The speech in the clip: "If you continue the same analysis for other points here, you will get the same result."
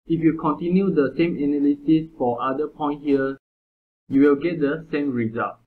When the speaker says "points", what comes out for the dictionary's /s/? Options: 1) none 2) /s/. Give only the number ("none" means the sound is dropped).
1